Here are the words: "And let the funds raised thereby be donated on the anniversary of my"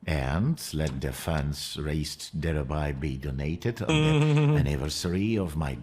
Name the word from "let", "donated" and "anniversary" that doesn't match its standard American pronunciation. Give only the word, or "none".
none